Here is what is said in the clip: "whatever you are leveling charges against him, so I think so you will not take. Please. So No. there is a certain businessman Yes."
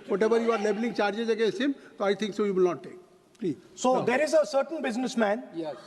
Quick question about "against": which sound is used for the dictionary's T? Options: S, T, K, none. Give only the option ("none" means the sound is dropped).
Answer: none